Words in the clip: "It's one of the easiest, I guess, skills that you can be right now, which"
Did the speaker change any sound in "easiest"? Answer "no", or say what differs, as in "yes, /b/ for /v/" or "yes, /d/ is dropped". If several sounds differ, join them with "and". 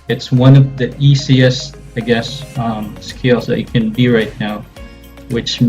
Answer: yes, /s/ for /z/ and /t/ is dropped